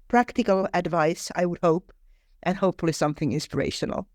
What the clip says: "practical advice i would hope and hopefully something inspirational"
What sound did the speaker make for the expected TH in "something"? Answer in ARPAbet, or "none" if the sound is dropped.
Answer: TH